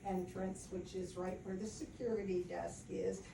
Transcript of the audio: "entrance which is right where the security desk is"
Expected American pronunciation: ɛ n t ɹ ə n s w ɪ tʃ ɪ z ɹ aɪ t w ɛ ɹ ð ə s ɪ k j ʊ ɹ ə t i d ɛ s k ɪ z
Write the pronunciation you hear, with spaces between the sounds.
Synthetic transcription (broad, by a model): ɛ n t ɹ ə n s w ɪ tʃ ɪ z ɹ aɪ t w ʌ ɹ ð ə s ɪ k j ʊ ɹ ə t i d ɛ s k ɪ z